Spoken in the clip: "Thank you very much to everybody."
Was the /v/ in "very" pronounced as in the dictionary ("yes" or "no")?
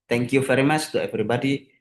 no